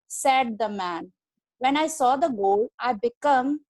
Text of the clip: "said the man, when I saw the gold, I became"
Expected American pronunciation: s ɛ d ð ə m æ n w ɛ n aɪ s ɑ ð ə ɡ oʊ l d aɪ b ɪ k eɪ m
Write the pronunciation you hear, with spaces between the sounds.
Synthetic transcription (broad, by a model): s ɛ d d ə m æ n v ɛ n aɪ s ɑ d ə ɡ oʊ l aɪ b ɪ k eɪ m